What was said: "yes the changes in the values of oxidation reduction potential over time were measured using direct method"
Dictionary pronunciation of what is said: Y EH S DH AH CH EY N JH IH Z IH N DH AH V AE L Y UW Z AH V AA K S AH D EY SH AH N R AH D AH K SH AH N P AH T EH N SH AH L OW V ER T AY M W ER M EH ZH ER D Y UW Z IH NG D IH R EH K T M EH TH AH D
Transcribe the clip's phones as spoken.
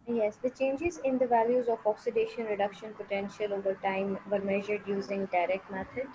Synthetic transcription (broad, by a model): Y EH S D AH CH EY N JH IH Z IH N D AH V AE L Y UW Z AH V AA K S AH D EY SH AH N R AH D AH K SH AH N P AH T EH N SH AH L OW V ER T AY M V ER M EH ZH ER D Y UW Z IH NG D IH R EH K T M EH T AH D